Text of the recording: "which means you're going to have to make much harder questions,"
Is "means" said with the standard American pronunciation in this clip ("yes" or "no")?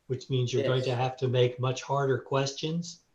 yes